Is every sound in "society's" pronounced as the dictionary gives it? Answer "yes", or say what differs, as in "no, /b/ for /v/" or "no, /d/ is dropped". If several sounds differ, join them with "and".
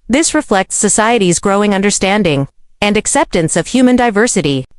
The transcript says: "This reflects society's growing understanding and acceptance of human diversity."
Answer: yes